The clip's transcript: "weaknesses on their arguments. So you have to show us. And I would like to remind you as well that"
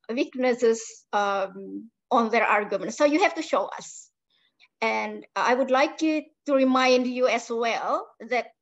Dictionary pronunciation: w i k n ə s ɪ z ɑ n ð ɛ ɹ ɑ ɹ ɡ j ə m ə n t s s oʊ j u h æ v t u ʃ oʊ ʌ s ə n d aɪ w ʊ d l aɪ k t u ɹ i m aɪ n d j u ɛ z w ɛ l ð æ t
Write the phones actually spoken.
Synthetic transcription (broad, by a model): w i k n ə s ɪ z ɑ n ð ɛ ɹ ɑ ɹ ɡ j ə m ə n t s s oʊ j u h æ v t u ʃ oʊ ʌ s ə n d aɪ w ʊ d l aɪ k t u ɹ i m aɪ n d j u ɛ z w ɛ l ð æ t